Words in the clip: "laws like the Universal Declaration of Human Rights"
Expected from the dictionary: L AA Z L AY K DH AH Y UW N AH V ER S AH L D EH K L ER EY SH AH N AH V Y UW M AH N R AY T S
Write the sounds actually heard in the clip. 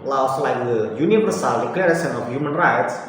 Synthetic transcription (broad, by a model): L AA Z L AY K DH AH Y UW N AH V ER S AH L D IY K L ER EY S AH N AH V Y UW M AH N R AY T S